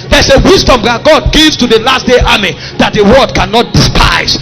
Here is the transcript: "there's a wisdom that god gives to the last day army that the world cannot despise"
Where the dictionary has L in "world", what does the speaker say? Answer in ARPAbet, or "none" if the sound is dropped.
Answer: none